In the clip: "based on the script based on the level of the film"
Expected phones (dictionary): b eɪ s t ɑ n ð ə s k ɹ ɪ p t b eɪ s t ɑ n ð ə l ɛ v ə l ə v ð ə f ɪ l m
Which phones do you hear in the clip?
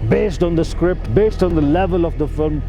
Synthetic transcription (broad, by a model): b eɪ s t ɑ n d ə s k ɹ ɪ p t b eɪ s t ɑ n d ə l ɛ v ə l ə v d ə f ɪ l m